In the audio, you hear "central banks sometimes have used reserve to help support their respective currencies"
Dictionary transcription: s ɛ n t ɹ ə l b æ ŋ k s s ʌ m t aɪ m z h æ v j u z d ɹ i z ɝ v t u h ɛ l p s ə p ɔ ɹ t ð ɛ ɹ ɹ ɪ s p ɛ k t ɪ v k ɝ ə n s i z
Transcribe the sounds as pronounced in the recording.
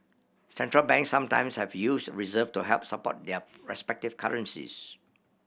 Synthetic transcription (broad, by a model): s ɛ n t ɹ ə l b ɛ ŋ k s s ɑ m t aɪ m s h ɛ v j u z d ɹ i z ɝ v t u h ɛ l p s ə p ɔ t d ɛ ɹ ɹ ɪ s p ɛ k t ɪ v k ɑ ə n s i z